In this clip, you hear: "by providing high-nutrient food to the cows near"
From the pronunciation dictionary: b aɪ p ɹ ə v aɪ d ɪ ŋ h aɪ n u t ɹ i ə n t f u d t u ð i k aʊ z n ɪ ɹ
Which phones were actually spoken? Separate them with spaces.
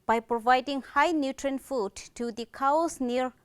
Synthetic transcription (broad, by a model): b aɪ p ɹ ə v aɪ d ɪ ŋ h aɪ n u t ɹ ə n f u d t u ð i k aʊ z n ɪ ɹ